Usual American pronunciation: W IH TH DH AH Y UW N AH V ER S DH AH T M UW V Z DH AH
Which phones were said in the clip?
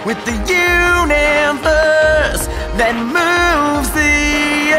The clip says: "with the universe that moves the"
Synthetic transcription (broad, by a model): W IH DH AH Y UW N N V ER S DH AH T M UW V Z DH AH